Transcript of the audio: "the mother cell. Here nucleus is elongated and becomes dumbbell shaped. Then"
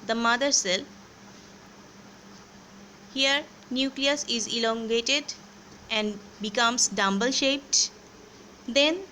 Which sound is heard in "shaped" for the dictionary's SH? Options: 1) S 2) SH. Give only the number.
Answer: 2